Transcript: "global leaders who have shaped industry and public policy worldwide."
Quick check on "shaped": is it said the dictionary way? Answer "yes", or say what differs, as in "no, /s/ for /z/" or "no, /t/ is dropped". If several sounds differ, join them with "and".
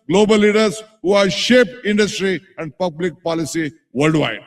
no, /t/ is dropped